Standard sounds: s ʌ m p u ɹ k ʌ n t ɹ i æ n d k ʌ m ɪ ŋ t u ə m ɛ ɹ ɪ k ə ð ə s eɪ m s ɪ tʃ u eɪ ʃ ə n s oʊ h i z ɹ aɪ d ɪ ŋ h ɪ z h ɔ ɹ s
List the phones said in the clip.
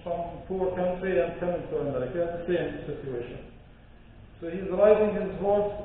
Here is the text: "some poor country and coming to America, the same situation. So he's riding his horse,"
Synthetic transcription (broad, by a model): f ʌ m p u ɹ k ʌ n t ɹ i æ n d k ʌ m ɪ ŋ t u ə m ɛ ɹ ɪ k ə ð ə s eɪ m s ɪ tʃ u eɪ ʃ ə n s oʊ h i z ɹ aɪ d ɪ ŋ h ɪ z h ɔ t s